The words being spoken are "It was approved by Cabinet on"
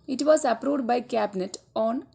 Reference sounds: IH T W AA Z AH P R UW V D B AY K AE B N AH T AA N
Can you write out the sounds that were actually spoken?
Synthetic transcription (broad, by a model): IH T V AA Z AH P R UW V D B AY K AE B N AH T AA N